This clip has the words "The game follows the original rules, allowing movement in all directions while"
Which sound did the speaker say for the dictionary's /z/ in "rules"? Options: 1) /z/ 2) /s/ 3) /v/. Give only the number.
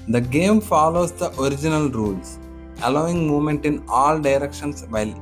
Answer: 2